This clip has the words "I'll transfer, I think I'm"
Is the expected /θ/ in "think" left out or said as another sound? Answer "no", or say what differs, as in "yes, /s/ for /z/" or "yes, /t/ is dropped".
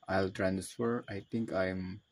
yes, /t/ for /θ/